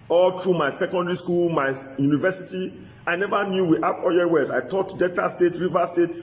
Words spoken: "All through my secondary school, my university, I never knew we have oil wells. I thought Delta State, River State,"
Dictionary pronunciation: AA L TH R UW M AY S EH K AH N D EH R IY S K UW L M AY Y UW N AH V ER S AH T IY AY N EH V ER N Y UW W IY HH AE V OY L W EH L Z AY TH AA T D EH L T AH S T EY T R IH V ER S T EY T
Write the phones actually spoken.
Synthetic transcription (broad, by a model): AA L T R UW M AY S EH K AH N D EH R IY S K UW L M AY Y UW N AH V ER S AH T IY AY N EH V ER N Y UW W IY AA P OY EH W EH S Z AY T AA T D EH T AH S T EY T R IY V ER S T EY T